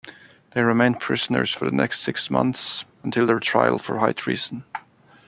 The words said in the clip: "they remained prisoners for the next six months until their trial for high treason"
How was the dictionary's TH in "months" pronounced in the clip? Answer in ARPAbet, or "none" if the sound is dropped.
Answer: TH